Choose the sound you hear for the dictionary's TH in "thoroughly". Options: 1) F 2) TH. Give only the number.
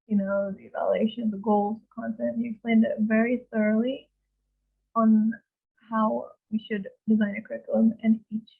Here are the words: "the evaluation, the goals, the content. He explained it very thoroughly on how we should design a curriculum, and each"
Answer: 2